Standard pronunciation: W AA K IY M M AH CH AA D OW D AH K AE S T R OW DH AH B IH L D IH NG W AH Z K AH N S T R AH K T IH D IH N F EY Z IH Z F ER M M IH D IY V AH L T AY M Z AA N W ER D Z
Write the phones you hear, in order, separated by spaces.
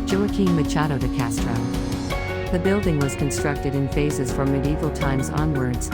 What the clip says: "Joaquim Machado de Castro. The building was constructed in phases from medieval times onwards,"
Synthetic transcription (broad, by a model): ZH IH K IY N M AH CH AA D OW D AH K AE S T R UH DH AH B IH L D IH NG W AH Z K AH N S T R AH K T IH D IH N F EY S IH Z F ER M M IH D IY V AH L T AY M Z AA N W ER D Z